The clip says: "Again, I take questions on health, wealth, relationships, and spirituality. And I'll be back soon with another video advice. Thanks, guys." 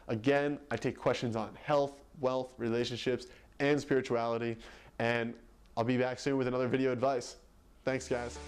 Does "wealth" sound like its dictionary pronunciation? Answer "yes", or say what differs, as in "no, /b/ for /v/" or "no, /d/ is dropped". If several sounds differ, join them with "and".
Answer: yes